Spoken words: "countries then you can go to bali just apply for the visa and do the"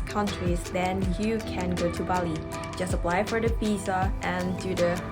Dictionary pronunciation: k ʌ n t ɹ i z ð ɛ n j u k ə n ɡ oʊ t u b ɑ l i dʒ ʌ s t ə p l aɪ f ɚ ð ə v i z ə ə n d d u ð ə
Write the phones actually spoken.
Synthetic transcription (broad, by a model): k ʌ n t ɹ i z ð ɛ n j u k ə n ɡ oʊ t u b ɑ l i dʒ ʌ s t ə p l aɪ f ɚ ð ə p i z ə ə n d d u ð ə